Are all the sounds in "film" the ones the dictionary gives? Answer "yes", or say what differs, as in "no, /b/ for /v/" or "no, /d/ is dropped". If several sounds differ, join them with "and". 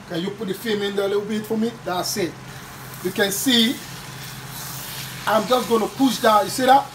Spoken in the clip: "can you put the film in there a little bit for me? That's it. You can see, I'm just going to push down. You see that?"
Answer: no, /l/ is dropped